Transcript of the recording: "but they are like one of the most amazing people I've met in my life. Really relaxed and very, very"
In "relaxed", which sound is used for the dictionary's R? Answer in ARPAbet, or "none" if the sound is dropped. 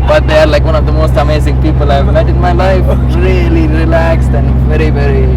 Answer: R